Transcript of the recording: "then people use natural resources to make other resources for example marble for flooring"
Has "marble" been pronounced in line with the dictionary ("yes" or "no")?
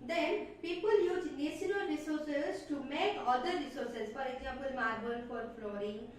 no